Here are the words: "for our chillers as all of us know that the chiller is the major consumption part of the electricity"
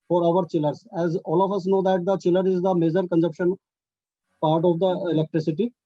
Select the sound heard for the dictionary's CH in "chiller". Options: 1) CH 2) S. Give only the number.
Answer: 1